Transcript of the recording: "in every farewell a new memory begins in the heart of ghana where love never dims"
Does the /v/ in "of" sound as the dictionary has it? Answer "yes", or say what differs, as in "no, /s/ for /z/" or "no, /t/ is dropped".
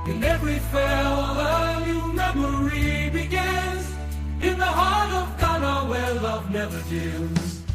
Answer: yes